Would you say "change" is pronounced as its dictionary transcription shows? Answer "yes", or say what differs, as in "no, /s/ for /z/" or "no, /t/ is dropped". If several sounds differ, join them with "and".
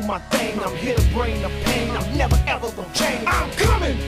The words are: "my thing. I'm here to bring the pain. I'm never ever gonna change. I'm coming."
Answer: no, /dʒ/ is dropped